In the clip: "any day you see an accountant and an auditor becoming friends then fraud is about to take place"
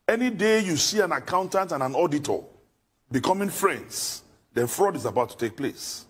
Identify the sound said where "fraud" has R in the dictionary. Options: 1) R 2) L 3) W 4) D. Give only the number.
1